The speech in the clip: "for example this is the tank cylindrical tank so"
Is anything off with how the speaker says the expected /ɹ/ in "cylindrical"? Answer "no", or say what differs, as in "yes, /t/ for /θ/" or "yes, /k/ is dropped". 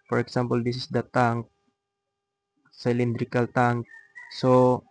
no